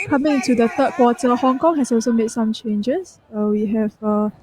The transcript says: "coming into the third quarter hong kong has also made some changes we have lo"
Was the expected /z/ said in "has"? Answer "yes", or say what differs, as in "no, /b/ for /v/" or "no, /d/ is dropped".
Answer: no, /s/ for /z/